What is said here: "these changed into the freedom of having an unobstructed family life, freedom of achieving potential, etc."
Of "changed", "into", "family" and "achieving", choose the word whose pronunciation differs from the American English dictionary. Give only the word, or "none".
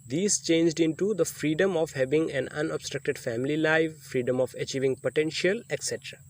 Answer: none